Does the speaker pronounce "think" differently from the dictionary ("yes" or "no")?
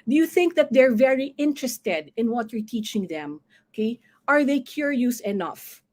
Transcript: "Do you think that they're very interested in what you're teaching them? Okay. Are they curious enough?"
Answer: no